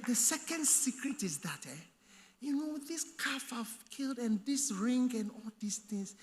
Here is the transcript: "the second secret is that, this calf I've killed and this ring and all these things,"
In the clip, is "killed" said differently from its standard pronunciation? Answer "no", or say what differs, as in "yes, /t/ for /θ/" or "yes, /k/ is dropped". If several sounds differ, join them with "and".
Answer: no